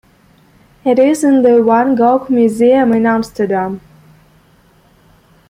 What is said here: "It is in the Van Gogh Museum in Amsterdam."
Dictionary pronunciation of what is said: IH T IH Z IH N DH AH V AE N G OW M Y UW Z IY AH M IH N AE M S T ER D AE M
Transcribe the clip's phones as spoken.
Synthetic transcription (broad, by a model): IH T IH Z IH N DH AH W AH N G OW M Y UW Z IY AH M IH N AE M S T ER D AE M